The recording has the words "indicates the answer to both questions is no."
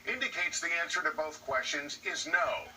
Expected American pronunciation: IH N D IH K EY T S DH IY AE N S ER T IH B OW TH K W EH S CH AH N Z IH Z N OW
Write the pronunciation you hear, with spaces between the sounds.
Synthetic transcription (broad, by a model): IH N D IH K EY T S DH IY AE N S ER T IH B OW TH K W EH S CH AH N Z IH Z N OW